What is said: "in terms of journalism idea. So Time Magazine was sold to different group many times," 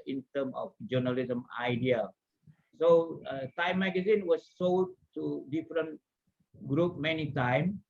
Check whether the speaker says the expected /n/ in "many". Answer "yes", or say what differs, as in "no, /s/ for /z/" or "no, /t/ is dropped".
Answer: yes